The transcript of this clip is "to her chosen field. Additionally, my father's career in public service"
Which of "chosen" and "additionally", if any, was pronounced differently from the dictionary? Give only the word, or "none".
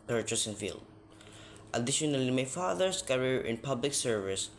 chosen